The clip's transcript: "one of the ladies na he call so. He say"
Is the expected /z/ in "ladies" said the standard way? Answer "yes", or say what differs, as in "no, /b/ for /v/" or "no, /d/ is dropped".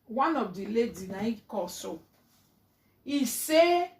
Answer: no, /z/ is dropped